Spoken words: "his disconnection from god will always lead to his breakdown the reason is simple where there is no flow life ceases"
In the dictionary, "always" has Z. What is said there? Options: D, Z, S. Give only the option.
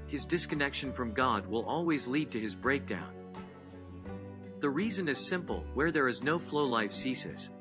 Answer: Z